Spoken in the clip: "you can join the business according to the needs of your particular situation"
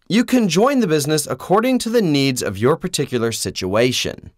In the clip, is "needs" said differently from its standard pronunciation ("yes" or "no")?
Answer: no